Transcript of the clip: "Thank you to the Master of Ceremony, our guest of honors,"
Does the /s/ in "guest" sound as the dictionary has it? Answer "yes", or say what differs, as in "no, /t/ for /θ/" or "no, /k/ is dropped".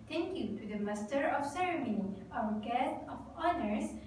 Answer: no, /s/ is dropped